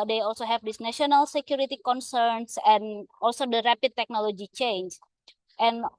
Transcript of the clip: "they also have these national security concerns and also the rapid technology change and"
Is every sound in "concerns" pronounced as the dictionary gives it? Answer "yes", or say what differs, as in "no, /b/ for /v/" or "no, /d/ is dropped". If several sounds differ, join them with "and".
no, /s/ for /z/